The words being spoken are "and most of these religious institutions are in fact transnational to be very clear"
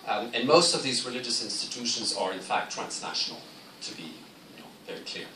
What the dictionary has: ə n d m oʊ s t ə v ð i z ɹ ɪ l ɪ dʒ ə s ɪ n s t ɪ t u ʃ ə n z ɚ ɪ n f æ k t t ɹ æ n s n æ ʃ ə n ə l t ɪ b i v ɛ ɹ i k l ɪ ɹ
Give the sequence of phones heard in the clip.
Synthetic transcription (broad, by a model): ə n m oʊ s t ə v ð i z ɹ ɪ l ɪ dʒ ə s ɪ n s t ɪ t u ʃ ə n z ɚ ɪ n f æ k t t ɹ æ n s n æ ʃ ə n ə l t ɪ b i v ɛ ɹ i k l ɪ ɹ